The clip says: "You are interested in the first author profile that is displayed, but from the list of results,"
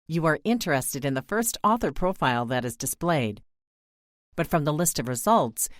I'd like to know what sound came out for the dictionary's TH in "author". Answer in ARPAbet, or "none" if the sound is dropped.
TH